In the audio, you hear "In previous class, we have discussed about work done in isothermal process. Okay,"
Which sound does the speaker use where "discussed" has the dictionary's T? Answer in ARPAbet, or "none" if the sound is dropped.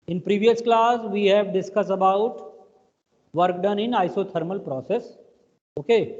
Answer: none